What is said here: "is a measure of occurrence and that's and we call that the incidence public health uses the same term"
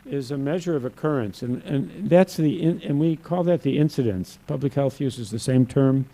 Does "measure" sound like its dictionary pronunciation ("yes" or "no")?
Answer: yes